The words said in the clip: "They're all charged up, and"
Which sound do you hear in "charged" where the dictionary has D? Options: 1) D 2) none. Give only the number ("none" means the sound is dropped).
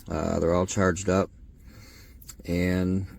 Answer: 1